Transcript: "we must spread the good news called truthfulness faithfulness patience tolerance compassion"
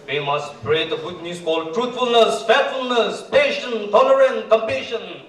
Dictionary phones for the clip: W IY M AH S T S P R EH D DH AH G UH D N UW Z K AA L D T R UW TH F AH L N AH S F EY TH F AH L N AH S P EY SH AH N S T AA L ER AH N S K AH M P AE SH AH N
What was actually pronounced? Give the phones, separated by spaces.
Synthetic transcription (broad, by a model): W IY M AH S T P R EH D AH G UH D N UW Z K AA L T R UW T F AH L N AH S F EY F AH L N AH S P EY SH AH N T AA L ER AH N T K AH M P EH SH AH N